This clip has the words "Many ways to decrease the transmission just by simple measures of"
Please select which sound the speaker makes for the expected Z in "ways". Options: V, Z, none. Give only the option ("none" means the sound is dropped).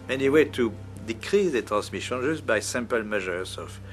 none